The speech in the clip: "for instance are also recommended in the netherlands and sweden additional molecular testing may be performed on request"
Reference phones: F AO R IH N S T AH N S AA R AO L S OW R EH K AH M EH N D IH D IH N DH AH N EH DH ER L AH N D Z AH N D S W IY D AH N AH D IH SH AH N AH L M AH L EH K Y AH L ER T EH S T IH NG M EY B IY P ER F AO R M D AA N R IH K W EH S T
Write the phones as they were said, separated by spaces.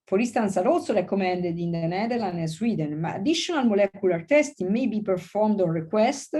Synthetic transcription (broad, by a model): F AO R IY S T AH N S AA R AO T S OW R EH K AH M EH N D IH D IH N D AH N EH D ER L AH N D AH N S W IY D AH N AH D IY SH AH N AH L M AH L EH K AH L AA T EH S T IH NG M EY B IY P ER F AO R M D AA N R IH K W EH S T